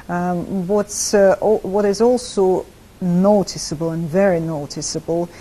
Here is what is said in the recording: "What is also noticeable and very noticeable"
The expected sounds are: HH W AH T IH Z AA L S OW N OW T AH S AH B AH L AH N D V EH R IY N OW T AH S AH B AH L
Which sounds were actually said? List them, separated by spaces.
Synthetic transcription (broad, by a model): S W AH T IH Z AA L S OW N OW T AH S AH B AH L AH N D V EH R IY N OW T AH S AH B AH L